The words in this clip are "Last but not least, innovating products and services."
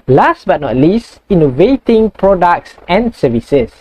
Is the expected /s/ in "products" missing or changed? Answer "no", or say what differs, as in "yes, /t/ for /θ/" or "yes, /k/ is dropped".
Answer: no